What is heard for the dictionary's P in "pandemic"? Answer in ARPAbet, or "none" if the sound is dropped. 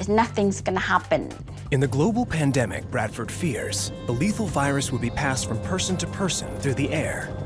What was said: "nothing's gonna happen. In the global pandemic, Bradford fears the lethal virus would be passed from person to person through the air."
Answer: P